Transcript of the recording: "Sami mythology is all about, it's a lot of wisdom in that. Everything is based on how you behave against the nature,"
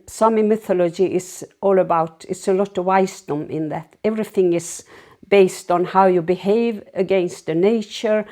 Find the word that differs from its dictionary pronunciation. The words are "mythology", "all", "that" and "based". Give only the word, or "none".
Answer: none